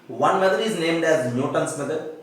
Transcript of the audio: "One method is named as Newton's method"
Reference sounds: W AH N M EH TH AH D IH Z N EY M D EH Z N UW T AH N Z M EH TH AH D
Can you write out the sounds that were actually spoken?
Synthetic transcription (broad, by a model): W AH N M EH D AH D IH Z N EY M D EH Z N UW T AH N S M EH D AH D